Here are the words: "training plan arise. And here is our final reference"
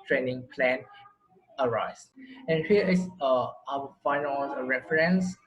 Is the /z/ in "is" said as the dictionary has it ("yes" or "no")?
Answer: no